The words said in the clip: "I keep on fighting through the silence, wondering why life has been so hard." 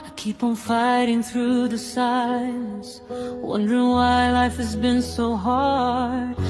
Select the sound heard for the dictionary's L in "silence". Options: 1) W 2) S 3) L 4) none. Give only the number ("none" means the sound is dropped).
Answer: 4